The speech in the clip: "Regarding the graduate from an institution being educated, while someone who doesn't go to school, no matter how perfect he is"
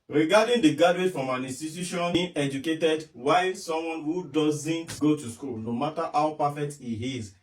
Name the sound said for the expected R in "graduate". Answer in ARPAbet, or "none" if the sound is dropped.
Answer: none